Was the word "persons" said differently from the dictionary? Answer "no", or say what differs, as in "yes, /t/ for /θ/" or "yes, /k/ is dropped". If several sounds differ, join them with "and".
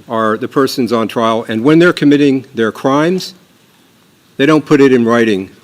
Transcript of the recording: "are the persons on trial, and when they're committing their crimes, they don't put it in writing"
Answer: no